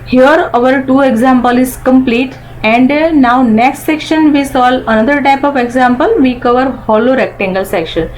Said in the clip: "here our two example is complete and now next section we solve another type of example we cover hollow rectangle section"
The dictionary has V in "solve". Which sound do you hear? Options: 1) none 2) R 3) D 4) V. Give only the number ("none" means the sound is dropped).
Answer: 1